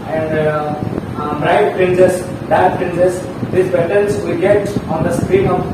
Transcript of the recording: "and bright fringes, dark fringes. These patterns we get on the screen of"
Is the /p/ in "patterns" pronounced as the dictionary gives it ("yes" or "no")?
no